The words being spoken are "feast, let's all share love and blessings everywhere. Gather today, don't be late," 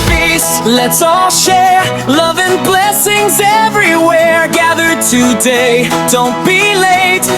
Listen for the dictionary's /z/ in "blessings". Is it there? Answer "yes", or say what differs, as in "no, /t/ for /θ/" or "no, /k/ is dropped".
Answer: yes